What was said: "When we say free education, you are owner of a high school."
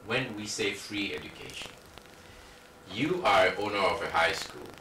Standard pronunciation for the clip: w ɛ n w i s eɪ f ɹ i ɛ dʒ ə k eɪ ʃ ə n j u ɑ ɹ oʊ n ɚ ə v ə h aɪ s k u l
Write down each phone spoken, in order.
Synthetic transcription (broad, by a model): w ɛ n w i s eɪ f ɹ i ɛ dʒ ə k eɪ ʃ ə n j u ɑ ɹ oʊ n ɚ ə v ə h aɪ s k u l